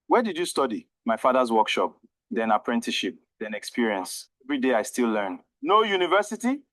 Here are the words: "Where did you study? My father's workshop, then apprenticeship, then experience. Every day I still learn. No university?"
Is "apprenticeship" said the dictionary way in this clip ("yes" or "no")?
no